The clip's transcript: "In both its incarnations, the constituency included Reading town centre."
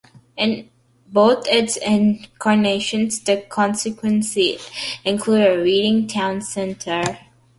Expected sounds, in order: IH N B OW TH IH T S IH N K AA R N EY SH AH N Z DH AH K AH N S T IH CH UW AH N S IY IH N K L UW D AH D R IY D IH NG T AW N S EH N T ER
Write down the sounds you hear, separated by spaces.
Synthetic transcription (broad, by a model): IH N B OW T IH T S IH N K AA R N EY SH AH N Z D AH K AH N S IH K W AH N S IY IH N K L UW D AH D R IY D IH NG T AW N S EH N T ER